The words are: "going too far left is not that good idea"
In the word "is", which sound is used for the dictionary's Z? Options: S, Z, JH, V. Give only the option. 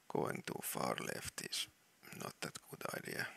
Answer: S